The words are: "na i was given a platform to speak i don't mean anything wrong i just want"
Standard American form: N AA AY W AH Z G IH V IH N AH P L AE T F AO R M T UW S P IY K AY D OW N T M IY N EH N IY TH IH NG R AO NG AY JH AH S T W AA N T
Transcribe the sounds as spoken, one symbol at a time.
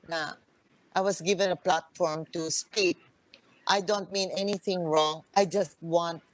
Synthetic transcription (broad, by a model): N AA AY W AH S G IH V IH N AH P L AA T F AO R M T UW S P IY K AY D OW N T M IY N EH N IY TH IH NG R AO NG AY JH AH S T W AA N T